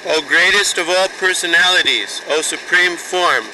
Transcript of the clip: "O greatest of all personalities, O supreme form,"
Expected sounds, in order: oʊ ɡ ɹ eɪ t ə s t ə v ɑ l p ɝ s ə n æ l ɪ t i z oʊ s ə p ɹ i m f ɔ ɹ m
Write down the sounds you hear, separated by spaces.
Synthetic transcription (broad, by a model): oʊ ɡ ɹ eɪ t ə s t ə v ɑ l p ɝ s ə n æ l ɪ t i z oʊ s ə p ɹ i m f ɔ ɹ m